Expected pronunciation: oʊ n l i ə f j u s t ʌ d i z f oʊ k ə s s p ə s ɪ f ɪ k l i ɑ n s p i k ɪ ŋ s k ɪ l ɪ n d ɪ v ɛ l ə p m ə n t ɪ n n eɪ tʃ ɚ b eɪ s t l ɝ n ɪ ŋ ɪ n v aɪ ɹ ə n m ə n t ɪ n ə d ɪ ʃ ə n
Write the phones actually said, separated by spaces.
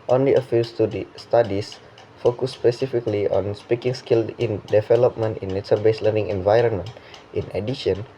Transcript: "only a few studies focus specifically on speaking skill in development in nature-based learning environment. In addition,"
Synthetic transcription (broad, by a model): oʊ n l i ə f j u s t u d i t f oʊ k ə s s p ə s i f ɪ k l i ɑ n s p i k ɪ ŋ s k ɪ l ɪ n d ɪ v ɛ l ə p m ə n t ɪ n n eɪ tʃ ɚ b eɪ s l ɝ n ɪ ŋ ɪ n v aɪ ɹ ə n m ə n t ɪ n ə d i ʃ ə n